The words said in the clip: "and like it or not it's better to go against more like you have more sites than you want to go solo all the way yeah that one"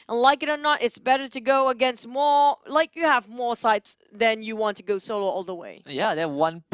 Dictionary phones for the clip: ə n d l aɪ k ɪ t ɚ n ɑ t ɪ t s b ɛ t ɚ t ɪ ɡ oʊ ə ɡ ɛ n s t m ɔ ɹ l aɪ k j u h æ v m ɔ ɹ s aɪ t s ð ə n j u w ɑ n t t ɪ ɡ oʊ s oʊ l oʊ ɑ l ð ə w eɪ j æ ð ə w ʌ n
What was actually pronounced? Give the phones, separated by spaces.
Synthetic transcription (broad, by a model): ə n l aɪ k ɪ t ɚ n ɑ t ɪ t s b ɛ t ɚ t ɪ ɡ oʊ ə ɡ ɛ n s t m ɔ ɹ l aɪ k j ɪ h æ v m ɔ ɹ s aɪ t s ð ə n j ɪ w ɑ n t t ɪ ɡ oʊ s oʊ l oʊ ɑ l ð ə w eɪ j æ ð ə w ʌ n